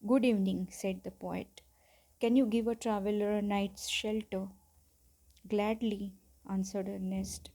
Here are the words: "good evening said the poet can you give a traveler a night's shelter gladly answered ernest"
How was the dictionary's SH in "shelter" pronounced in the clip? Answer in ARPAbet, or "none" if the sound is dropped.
SH